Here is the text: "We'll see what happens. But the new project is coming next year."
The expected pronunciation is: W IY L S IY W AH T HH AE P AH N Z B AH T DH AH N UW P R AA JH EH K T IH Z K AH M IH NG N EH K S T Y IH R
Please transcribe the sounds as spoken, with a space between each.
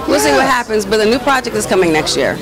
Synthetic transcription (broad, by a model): W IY L S IY W AH T HH AE P AH N Z B AH T DH AH N UW P R AA JH EH K T IH Z K AH M IH NG N EH K S T Y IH R